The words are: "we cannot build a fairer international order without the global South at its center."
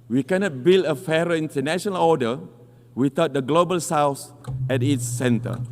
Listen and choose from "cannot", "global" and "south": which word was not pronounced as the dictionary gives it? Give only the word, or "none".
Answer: south